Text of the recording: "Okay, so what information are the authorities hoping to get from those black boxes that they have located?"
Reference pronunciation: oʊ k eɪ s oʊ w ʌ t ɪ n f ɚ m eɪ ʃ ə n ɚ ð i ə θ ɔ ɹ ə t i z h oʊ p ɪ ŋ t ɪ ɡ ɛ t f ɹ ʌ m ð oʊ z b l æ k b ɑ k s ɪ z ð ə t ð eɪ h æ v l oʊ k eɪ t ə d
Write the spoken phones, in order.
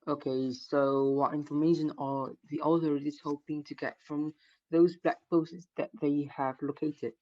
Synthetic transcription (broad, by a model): oʊ k eɪ s oʊ w ʌ t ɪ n f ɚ m eɪ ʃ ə n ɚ ð i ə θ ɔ ɹ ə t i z h oʊ p ɪ ŋ t ɪ ɡ ɛ t f ɹ ʌ m ð oʊ z b l æ k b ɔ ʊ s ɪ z ð ə t ð eɪ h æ v l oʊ k eɪ t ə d